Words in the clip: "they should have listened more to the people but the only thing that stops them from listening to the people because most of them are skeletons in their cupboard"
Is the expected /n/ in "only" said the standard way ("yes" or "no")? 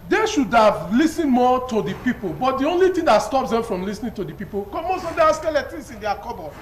yes